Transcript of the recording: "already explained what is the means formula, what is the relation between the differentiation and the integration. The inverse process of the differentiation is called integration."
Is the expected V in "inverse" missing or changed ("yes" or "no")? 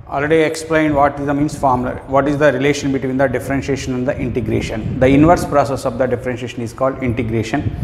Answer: no